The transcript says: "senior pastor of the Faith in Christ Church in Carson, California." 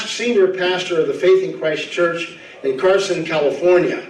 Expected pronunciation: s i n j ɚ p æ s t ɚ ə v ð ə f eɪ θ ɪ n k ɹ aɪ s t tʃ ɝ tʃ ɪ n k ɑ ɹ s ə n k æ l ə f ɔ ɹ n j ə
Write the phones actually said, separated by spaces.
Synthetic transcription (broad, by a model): s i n j ɚ p æ s t ɚ ə v ð ə f eɪ θ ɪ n k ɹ aɪ s tʃ ɝ tʃ ɪ n k ɑ ɹ s ə n k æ l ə f ɔ ɹ n j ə